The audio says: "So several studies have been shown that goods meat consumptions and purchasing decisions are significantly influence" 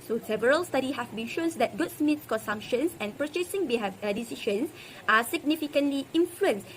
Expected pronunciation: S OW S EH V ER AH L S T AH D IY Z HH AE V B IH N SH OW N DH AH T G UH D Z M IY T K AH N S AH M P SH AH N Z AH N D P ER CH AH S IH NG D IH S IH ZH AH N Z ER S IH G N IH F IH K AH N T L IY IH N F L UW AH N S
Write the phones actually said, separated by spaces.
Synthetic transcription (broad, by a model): S OW S EH V ER AH L S T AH D IY HH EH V B IH N SH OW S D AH T G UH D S M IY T K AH N S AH M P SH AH N S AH N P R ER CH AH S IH NG D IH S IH SH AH N S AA S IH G N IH F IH K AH N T L IY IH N F L UW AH N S